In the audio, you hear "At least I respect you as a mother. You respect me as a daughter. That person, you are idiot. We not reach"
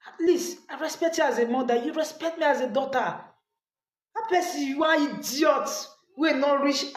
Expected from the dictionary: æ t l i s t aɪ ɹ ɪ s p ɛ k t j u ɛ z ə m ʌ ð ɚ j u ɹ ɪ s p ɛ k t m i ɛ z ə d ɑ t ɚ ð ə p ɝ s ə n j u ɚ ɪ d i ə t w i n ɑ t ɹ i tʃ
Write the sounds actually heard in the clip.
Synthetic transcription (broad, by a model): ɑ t l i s aɪ ɹ ɪ s p ɛ k t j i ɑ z ə m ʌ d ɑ j u ɹ ɪ s p ɛ k t m i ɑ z ə d ɑ t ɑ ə p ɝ s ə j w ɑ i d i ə t w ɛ n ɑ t ɹ i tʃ